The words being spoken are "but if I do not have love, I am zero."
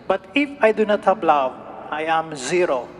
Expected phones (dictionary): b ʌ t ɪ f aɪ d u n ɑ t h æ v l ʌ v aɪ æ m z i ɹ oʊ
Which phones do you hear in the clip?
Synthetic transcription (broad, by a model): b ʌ t ɪ f aɪ d u n ɑ t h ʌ p l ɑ w aɪ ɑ m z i ɹ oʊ